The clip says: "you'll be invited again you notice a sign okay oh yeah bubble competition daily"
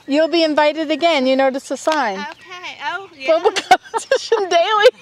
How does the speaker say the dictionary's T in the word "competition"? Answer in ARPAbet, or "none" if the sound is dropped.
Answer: S